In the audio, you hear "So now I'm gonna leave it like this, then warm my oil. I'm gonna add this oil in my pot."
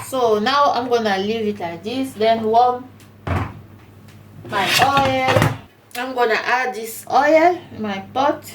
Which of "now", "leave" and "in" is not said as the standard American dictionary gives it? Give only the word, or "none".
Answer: in